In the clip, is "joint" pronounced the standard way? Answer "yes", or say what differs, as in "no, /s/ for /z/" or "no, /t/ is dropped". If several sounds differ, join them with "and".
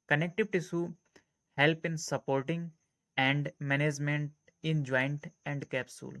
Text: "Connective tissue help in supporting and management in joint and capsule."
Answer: yes